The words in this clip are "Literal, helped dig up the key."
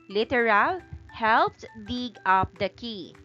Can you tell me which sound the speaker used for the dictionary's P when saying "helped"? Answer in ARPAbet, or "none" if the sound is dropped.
P